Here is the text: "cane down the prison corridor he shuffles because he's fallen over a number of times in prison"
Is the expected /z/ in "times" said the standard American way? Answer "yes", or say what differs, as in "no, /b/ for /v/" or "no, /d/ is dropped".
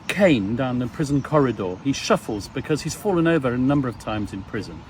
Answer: yes